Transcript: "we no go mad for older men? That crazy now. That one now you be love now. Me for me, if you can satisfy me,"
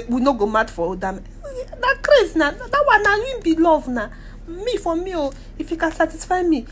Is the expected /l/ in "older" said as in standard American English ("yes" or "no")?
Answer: no